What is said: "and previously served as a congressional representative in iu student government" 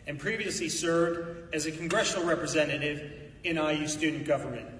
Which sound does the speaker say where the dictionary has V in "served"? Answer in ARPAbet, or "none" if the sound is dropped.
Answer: V